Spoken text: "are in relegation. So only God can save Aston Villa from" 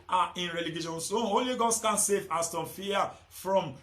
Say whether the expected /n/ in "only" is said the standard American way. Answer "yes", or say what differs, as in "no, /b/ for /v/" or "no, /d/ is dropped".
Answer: no, /n/ is dropped